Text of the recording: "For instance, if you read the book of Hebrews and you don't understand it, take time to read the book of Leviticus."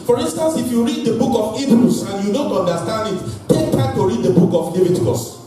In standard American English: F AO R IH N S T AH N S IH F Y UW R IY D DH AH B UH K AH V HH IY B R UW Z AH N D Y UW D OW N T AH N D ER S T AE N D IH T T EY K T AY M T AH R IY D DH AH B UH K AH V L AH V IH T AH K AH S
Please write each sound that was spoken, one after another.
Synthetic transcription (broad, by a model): F AO R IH N S T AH N S IH F Y UW R IY D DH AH B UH K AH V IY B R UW S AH N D Y UW D OW N T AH N D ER S T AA N D IH T T EY K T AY T AH R IY D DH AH B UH K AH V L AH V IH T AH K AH S